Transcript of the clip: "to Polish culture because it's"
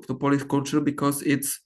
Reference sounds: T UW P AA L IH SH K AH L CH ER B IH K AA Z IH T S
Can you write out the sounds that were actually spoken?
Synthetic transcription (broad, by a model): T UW P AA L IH S K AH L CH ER B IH K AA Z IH T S